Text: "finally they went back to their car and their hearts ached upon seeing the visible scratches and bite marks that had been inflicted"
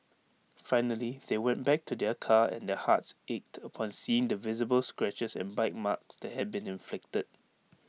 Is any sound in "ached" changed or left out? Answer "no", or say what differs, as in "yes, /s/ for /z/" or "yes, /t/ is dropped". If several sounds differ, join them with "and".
no